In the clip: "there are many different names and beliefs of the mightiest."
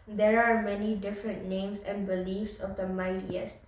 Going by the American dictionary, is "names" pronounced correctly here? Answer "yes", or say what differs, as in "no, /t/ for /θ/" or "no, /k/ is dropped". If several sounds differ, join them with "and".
no, /s/ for /z/